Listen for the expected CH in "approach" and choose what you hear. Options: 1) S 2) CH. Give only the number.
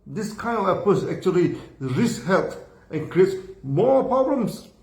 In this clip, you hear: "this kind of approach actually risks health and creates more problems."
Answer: 1